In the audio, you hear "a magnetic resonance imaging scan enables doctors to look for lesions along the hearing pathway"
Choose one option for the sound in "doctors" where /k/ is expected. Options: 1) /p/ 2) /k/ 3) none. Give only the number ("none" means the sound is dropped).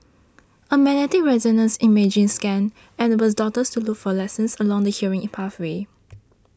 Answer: 3